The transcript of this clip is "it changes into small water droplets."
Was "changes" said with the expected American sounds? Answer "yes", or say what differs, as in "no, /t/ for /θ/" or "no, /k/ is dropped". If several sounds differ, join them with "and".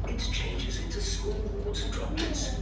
yes